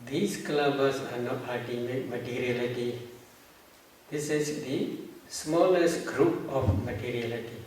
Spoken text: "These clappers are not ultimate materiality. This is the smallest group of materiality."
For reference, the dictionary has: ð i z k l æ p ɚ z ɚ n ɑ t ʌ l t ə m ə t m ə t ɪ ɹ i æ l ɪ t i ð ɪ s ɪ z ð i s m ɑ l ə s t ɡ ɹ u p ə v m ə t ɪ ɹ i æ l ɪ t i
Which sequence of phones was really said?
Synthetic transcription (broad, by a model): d i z k l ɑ b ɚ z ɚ n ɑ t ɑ t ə m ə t m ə t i ɹ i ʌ l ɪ t i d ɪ s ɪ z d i s m ɑ l ə s t ɡ ɹ u p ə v m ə t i ɹ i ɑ l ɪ t i